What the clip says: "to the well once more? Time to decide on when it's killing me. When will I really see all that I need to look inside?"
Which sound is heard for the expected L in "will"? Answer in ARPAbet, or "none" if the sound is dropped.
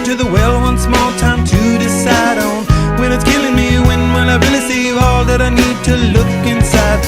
N